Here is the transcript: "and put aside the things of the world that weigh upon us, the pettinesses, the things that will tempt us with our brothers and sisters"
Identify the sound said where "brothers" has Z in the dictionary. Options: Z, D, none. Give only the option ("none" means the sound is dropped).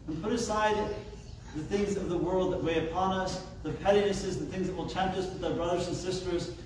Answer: Z